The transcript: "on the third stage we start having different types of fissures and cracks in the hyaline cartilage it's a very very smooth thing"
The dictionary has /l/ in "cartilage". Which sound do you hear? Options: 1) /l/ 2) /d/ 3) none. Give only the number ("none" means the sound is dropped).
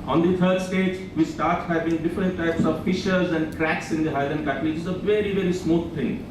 3